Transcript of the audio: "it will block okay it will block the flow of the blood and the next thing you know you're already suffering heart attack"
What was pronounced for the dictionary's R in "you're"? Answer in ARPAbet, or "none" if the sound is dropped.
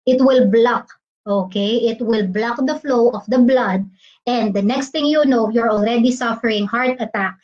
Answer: R